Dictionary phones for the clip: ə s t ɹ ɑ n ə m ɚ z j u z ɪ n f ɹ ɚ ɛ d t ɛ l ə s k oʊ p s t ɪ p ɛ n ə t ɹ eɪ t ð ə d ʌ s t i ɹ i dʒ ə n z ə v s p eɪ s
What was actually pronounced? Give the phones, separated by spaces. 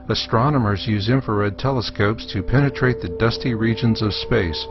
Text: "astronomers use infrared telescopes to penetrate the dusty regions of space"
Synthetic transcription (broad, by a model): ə s t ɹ ɑ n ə m ɚ z j u z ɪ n f ɚ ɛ d t ɛ l ə s k oʊ p s t ɪ p ɛ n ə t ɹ eɪ t ð ə d ʌ s t i ɹ i dʒ ə n z ə v s p eɪ s